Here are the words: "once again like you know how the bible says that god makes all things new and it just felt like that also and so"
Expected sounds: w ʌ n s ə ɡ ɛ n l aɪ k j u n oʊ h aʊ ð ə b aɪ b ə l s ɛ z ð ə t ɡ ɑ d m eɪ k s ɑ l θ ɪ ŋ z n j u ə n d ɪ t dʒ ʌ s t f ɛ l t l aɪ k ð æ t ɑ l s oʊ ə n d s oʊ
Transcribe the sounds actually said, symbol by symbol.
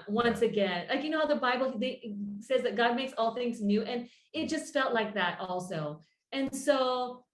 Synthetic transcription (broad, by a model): w ʌ n s ə ɡ ɛ n l aɪ k j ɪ n oʊ h aʊ ð ə b aɪ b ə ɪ s ɛ z ð ə t ɡ ɑ d m eɪ k s ɑ l θ ɪ ŋ z n j u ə n ɪ t dʒ ʌ s t f ɛ l t l aɪ k ð æ t ɑ l s oʊ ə n s oʊ